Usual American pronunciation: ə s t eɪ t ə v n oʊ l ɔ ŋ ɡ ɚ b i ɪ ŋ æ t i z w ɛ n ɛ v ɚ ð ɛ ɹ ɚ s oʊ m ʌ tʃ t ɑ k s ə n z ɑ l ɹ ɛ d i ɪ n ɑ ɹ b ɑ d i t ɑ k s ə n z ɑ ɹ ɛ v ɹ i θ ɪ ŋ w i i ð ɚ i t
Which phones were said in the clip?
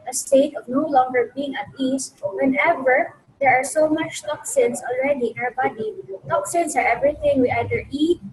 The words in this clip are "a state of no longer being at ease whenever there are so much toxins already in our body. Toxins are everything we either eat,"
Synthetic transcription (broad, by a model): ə s t eɪ t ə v n oʊ l ɔ ŋ ɡ ɚ b i ɪ ŋ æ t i s w ɛ n ɛ v ɚ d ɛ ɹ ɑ s oʊ m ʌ tʃ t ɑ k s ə n s ɑ l ɹ ɛ d i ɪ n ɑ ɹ b ɑ d i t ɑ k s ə n s ɑ ɹ ɛ v ɹ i t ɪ ŋ w i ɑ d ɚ i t